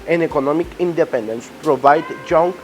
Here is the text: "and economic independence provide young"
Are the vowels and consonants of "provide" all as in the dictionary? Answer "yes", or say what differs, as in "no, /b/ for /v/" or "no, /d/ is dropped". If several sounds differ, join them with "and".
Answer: yes